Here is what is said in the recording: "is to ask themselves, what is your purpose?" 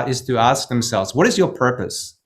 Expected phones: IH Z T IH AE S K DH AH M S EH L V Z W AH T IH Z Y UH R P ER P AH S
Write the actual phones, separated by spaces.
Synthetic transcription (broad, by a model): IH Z T IH AE S K DH AH M S EH L V Z W AH T IH Z Y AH R P ER P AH S